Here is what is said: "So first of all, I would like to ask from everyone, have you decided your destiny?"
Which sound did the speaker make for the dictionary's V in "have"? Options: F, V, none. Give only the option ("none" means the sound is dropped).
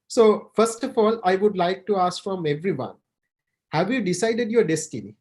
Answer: V